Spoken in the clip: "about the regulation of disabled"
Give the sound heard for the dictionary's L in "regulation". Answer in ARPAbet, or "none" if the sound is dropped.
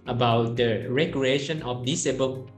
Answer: none